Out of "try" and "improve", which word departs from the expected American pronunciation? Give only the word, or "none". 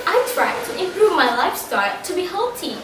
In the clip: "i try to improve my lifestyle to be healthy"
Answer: none